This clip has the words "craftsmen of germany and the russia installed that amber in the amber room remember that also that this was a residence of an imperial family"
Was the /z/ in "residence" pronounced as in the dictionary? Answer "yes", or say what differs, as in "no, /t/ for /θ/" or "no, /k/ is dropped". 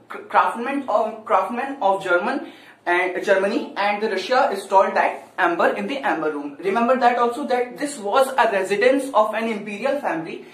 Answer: yes